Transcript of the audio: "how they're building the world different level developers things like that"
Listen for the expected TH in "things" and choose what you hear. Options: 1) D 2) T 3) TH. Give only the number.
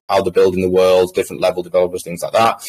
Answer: 3